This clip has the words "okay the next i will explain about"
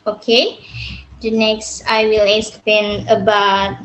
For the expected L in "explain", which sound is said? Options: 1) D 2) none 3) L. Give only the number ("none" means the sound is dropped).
2